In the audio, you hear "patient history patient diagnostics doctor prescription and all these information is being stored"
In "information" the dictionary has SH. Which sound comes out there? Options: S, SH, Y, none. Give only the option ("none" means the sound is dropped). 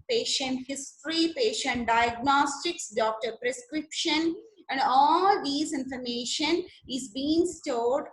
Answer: SH